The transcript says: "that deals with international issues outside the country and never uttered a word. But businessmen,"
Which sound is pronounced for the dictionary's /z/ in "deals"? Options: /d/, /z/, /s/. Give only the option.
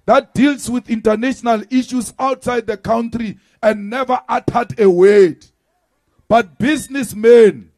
/s/